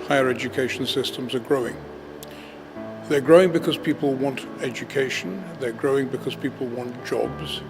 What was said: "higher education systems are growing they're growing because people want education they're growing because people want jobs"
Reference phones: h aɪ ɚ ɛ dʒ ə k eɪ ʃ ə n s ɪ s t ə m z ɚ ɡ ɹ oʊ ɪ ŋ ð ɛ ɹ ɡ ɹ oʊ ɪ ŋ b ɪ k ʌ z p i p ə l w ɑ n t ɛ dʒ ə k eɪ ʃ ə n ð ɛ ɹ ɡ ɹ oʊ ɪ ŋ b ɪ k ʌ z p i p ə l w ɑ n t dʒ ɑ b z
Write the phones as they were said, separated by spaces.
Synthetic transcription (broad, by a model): h aɪ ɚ ɛ dʒ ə k eɪ ʃ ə n s ɪ s t ə m z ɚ ɡ ɹ oʊ ɪ ŋ ð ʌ ɹ ɡ ɹ oʊ ɪ ŋ b ɪ k ʌ z p i p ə l w ɑ n t ɛ dʒ ə k eɪ ʃ ə n ð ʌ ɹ ɡ ɹ oʊ ɪ ŋ b ɪ k ʌ z p i p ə l w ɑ n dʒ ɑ b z